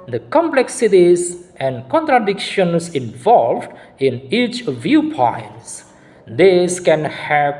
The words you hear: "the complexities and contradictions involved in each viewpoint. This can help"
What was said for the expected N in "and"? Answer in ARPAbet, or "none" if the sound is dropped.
N